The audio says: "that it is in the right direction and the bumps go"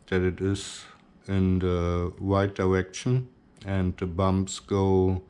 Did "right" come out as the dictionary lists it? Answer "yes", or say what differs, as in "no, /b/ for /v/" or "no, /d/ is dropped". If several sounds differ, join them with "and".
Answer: no, /w/ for /ɹ/